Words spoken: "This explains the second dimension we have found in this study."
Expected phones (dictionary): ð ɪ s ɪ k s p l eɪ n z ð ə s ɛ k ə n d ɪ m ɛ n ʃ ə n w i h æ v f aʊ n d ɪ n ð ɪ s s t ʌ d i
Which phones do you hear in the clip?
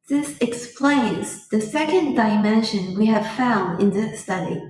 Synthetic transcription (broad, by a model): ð ɪ s ɪ k s p l eɪ n z ð ə s ɛ k ə n d ɪ m ɛ n ʃ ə n w i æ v f aʊ n d ɪ n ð ɪ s s t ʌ d i